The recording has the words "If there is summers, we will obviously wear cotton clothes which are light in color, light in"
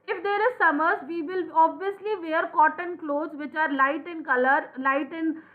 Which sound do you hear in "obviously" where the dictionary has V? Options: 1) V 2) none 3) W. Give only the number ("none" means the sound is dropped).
1